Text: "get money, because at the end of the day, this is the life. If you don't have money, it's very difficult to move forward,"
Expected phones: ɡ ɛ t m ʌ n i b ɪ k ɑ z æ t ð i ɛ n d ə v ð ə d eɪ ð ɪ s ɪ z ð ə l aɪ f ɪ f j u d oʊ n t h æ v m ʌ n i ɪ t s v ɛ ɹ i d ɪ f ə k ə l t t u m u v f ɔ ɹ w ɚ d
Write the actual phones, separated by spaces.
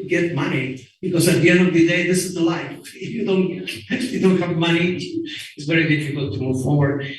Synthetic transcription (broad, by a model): ɡ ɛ t m ʌ n i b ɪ k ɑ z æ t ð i ɛ n d ə v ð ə d eɪ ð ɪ s ɪ z ð ə l aɪ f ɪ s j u d oʊ n t h æ v m ʌ n i ɪ t s v ɛ ɹ i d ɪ f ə k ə l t t u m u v f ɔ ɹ w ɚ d